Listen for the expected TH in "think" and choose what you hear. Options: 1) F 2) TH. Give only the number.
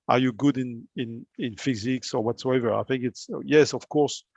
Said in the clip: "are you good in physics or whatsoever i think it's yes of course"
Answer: 2